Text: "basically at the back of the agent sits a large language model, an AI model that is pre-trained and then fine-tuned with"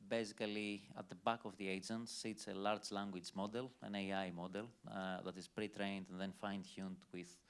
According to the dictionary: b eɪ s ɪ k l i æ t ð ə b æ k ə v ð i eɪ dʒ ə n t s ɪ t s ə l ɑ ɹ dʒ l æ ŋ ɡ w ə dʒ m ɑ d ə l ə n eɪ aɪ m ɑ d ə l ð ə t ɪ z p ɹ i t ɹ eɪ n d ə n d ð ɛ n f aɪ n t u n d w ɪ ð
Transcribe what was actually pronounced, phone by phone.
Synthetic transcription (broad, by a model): b eɪ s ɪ k l i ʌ t ð ə b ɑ k ə v ð i eɪ dʒ ə n t s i t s ə l ɑ ɹ dʒ l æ ŋ ɡ w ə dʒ m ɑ d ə l ə n eɪ aɪ m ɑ d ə l ð ə t ɪ z p ɹ i t ɹ eɪ n d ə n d ð ɛ n f aɪ n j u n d w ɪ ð